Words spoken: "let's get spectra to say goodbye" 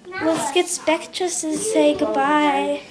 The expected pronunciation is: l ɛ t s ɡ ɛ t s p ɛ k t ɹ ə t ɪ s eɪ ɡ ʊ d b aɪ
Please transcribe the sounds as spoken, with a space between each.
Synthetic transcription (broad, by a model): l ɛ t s ɡ ɛ t s p ɛ k t ɹ ə s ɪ s eɪ ɡ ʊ d b aɪ